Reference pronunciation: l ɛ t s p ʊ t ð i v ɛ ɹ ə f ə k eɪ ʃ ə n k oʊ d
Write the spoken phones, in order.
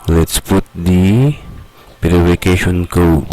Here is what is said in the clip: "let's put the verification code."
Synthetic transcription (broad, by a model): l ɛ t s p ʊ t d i p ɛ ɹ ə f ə k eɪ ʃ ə n k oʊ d